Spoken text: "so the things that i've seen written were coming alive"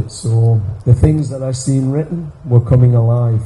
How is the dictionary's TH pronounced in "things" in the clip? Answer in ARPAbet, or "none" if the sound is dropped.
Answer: TH